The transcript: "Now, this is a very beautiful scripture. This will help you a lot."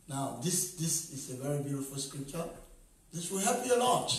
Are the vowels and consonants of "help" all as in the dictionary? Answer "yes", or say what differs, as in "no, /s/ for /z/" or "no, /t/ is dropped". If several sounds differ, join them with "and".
no, /l/ is dropped